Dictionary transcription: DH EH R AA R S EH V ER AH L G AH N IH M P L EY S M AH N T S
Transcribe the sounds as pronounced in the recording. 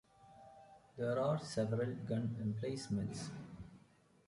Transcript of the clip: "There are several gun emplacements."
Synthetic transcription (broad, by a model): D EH R AA R S EH V ER AH L G AH N IH M P L EY S M AH N T S